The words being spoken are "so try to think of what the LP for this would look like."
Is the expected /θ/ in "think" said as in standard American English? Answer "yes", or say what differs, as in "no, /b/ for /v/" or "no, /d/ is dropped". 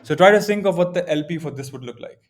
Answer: no, /s/ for /θ/